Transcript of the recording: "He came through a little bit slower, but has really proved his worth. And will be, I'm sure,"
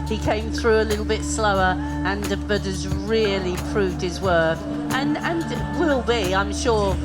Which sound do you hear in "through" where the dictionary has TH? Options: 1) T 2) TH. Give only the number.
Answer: 2